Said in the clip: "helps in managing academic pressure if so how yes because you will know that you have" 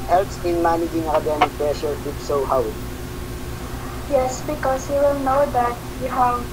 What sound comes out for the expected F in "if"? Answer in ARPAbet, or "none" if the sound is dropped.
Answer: P